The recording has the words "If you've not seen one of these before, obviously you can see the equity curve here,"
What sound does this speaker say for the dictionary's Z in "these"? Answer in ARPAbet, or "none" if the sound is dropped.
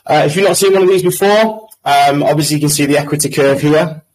Z